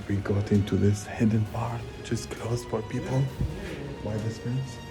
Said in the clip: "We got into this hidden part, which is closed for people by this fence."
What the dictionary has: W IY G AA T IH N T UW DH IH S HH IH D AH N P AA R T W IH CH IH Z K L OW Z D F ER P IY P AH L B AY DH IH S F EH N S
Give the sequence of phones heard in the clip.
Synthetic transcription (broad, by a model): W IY G AA T IH N T UW DH IH S HH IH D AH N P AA R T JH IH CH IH S K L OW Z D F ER P IY P AH L B AY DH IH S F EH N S